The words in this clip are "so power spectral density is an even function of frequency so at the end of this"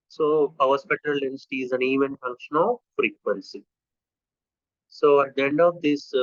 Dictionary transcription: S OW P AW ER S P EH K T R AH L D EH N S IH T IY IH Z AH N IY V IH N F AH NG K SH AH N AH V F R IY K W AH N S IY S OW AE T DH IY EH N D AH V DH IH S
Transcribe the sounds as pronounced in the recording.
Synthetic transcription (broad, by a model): S OW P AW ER S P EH T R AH L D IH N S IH T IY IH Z AH N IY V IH N F AH NG K SH AH N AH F R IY K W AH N S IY S OW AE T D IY EH N D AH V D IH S